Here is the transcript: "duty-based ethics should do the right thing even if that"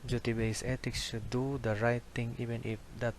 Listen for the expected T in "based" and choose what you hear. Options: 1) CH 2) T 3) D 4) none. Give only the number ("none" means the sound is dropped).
4